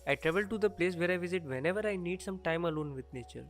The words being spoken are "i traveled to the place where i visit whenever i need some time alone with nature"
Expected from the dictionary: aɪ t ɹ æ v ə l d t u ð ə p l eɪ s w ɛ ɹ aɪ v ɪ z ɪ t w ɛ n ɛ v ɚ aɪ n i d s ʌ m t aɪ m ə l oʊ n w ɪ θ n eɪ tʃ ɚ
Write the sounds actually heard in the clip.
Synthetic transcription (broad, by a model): aɪ t ɹ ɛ v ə l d t u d ə p l eɪ s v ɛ ɹ aɪ v ɪ z ɪ t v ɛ n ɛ v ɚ aɪ n i d s ʌ m t aɪ m ə l oʊ n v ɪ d n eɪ tʃ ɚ